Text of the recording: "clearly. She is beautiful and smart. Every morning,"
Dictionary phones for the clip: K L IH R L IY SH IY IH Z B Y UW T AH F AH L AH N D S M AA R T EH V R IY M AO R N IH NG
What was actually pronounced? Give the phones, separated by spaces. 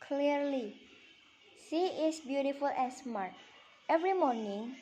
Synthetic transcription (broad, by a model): K L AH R L IY S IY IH S B Y UW T AH F AH L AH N S M AA R T EH V R IY M AO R N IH NG